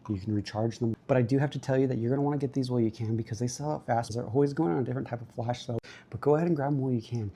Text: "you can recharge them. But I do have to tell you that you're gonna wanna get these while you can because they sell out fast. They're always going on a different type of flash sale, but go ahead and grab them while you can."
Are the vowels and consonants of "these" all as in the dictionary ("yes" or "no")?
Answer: yes